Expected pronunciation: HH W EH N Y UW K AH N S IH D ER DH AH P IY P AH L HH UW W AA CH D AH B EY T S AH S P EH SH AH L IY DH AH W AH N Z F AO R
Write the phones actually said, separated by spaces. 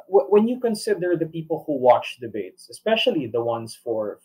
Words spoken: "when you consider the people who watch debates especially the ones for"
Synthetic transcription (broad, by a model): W W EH N Y UW K AH N S IH D ER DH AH P IY P AH L HH UW W AA CH D AH B EY T S AH S P EH SH AH L IY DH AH W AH N S F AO R